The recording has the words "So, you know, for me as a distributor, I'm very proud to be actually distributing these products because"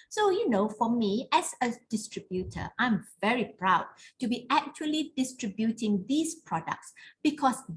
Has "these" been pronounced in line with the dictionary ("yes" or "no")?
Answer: no